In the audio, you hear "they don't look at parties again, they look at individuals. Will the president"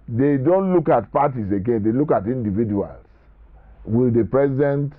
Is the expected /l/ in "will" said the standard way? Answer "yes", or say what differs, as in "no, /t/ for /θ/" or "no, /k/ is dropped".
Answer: yes